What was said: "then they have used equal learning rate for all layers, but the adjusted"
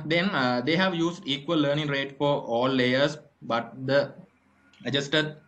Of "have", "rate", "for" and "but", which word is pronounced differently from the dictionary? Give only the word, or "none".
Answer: none